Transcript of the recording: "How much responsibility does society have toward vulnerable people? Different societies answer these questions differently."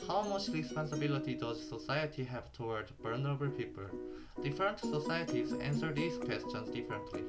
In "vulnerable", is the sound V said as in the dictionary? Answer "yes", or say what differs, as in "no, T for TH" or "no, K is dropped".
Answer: no, B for V